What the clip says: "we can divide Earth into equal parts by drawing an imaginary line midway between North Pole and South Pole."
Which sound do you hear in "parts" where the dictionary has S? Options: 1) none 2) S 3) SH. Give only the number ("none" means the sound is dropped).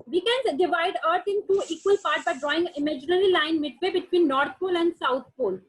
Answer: 1